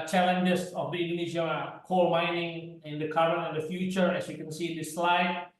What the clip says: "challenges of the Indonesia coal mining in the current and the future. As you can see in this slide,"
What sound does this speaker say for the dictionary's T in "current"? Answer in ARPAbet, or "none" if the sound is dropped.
none